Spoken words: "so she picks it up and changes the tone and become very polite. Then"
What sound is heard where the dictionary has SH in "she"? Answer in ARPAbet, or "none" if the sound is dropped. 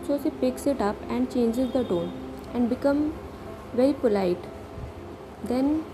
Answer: S